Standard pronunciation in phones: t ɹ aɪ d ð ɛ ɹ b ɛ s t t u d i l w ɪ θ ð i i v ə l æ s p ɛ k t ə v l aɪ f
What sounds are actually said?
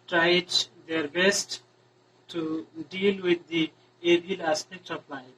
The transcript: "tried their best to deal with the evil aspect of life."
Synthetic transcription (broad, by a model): t ɹ aɪ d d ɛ ɹ b ɛ s t t u d i l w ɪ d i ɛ b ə l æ s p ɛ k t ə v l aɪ